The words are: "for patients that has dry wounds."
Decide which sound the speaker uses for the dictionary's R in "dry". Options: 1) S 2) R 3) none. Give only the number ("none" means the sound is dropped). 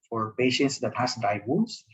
3